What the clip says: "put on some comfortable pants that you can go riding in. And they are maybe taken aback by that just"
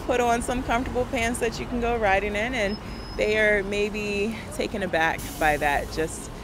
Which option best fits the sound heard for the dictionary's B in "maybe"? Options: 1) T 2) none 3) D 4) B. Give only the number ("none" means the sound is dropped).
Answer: 4